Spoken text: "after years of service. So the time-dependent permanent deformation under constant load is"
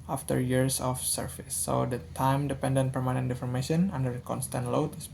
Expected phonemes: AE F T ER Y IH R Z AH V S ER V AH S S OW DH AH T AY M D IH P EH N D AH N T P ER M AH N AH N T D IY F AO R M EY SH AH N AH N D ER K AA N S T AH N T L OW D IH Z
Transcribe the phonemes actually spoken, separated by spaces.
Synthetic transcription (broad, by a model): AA F T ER Y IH R S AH F S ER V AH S S OW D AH T AY M D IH P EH N D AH N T P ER M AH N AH N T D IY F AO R M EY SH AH N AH N D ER K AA N S T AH N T L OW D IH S